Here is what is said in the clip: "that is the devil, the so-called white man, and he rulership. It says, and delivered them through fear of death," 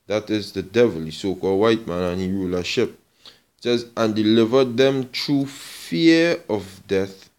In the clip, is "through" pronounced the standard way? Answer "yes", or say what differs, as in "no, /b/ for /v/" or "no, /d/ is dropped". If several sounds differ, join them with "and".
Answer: no, /t/ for /θ/